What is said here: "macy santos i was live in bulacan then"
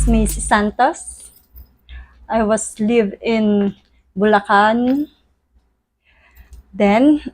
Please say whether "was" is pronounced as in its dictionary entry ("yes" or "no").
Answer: no